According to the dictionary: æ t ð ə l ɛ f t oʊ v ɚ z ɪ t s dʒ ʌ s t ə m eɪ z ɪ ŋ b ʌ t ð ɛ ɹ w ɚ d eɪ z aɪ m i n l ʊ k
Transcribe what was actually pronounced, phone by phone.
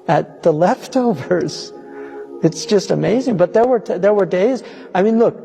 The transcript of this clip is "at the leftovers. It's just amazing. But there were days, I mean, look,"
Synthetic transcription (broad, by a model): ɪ t ð ə l ɛ f t oʊ v ɚ z ɪ t s dʒ ʌ s t ə m eɪ z ɪ ŋ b ʌ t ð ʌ ɹ w ɚ d eɪ z aɪ m i n l ʊ k